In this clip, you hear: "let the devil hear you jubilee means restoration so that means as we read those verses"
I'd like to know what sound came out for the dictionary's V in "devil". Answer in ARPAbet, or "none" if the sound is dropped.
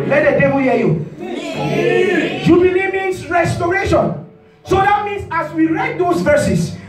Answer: B